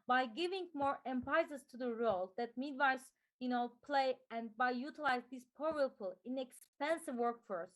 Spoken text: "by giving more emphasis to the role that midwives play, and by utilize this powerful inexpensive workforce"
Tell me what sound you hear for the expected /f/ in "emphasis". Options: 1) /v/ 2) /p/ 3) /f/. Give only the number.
2